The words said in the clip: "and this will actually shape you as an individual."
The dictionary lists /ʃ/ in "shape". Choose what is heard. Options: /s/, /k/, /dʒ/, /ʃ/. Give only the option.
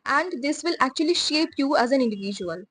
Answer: /ʃ/